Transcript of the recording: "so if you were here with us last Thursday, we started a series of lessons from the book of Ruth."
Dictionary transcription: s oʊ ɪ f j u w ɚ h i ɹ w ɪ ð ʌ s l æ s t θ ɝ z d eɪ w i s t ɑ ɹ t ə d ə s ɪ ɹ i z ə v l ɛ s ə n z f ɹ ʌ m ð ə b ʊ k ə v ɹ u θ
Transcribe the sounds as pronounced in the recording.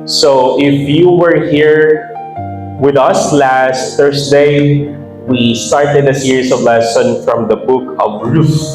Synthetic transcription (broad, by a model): s oʊ ɪ f j u w ɚ h i ɹ w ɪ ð ʌ s l æ s t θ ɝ s d eɪ w i s t ɑ ɹ t ə d ə s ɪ ɹ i s ə v l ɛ s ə n f ɹ ʌ m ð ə b ʊ k ə v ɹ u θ